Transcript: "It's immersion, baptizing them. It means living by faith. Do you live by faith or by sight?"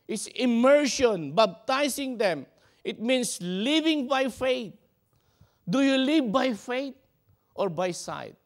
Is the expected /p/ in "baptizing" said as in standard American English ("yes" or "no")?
no